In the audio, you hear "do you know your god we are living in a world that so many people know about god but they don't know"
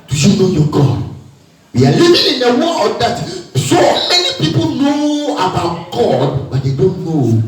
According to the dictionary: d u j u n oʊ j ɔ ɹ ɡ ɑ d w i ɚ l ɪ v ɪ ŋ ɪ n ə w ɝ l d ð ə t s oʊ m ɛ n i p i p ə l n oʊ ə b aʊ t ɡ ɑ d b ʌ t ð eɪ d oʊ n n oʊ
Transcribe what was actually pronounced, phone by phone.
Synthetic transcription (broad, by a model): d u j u n oʊ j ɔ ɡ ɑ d w i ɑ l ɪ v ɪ ɪ n ə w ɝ n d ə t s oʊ m ɛ n i p i p ə l n oʊ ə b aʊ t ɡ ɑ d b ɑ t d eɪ d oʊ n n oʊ